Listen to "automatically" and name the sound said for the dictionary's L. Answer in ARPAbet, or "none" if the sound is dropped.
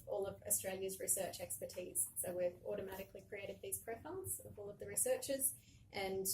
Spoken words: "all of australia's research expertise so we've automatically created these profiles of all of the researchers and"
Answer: L